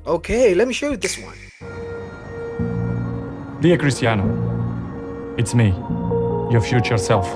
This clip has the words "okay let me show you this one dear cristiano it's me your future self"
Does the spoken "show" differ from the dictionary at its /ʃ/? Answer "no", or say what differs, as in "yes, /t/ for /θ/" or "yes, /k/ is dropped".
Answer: no